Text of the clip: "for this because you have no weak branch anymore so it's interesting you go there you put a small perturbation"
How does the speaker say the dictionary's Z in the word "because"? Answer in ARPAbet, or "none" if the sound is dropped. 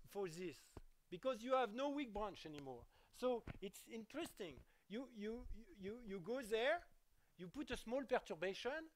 Z